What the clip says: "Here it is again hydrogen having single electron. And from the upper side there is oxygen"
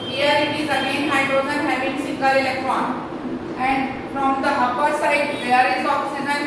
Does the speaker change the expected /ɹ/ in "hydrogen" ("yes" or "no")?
yes